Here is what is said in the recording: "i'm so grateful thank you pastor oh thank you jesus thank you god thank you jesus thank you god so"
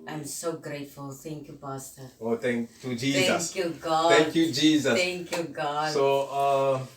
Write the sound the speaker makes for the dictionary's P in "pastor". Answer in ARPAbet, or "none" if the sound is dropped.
B